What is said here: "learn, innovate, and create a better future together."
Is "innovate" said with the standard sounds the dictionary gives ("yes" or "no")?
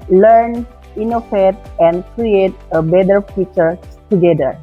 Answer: no